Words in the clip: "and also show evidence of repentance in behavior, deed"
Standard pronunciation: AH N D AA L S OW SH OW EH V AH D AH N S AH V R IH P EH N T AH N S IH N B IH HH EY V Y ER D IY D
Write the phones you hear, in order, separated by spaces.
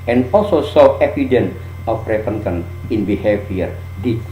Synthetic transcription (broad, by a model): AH N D AA L S OW S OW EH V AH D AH N AH F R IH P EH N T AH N IH N B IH HH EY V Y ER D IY